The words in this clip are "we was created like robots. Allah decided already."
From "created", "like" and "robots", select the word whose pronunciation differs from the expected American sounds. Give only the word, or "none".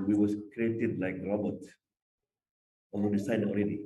robots